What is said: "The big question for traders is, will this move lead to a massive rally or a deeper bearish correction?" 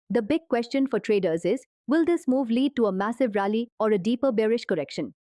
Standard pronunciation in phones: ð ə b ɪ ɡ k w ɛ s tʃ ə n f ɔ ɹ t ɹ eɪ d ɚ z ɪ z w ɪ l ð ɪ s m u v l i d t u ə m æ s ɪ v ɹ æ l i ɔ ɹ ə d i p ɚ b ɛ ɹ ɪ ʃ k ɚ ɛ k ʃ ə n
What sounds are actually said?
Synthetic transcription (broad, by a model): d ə b ɪ ɡ k w ɛ s tʃ ə n f ɔ ɹ t ɹ eɪ d ɚ z ɪ z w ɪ l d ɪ s m u v l i d t u ə m æ s ɪ v ɹ æ l i ɔ ɹ ə d i p ɚ b ɛ ɹ ɪ ʃ k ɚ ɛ k ʃ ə n